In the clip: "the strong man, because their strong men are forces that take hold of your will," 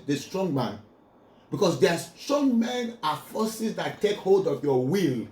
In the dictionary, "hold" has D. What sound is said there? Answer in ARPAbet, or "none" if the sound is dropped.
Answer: D